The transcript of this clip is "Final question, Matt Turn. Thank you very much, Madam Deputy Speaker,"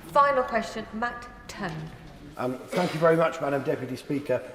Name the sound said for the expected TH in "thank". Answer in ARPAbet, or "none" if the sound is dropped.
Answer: TH